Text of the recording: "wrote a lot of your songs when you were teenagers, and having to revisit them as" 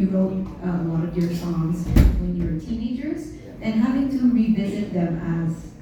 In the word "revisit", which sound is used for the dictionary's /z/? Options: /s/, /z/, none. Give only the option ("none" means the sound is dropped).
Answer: /z/